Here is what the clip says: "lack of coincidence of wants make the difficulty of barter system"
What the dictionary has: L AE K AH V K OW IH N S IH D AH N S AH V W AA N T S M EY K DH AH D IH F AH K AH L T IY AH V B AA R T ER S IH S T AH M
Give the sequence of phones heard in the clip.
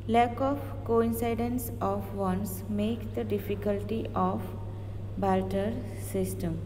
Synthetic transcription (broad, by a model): L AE K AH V K OW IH N S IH D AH N S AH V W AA N S M EY K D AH D IH F AH K AH L T IY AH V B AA L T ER S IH S T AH M